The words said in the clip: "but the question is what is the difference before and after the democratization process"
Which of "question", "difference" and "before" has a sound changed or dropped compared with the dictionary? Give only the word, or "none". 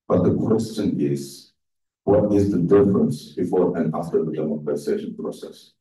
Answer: none